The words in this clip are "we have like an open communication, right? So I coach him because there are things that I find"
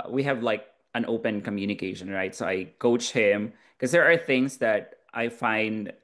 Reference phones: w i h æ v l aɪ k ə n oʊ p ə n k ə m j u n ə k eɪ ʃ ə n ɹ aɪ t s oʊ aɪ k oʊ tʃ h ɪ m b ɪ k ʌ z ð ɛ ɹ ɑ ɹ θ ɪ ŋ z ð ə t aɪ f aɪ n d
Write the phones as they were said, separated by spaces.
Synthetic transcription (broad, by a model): w i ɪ v l aɪ k ə n oʊ p ə n k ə m j u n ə k eɪ ʃ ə n ɹ aɪ t s oʊ aɪ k oʊ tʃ h ɪ m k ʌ z ð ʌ ɹ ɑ ɹ θ ɪ ŋ z ð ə t aɪ f aɪ n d